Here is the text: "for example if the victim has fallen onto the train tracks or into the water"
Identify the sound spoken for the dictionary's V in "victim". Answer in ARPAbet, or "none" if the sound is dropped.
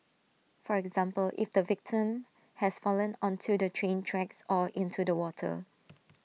V